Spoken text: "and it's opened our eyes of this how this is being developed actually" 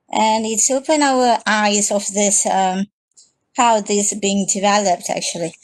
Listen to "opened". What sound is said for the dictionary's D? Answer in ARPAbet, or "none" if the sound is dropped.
none